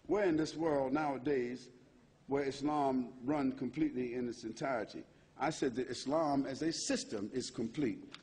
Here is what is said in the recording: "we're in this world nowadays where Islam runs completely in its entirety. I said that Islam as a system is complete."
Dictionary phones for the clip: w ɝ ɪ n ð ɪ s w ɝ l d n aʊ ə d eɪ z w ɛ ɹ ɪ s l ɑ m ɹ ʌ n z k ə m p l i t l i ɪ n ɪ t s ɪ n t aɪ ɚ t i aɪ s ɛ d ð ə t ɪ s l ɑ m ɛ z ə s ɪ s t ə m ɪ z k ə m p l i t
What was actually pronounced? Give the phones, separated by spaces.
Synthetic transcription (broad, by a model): w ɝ ɪ n ð ɪ s w ɝ l d n aʊ ə d eɪ z w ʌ ɹ ɪ s l ɑ m ɹ ʌ n k ə m p l i t l i ɪ n ɪ t s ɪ n t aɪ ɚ t i aɪ s ɛ d ð ə t ɪ s l ɑ m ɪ z ə s ɪ s t ə m ɪ z k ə m p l i t